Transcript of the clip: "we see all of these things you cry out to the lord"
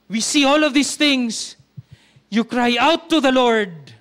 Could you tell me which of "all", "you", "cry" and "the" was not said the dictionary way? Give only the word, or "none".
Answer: none